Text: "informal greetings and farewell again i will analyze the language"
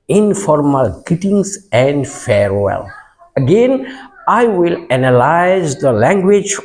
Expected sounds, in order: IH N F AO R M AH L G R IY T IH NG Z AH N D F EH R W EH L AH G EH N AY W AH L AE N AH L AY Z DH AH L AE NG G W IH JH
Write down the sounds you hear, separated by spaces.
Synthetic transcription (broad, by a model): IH N F AO R M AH L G IY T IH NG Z AH N D F EH R W EH L AH G EH N AY W AH L AE N AH L AY Z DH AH L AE NG G W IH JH